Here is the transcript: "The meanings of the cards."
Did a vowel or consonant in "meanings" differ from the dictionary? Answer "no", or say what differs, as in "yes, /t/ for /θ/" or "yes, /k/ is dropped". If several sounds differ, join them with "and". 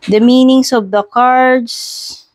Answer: yes, /s/ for /z/